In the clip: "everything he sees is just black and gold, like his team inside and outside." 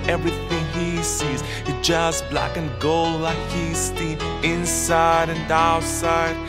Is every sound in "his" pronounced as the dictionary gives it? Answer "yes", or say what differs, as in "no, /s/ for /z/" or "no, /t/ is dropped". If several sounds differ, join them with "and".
no, /s/ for /z/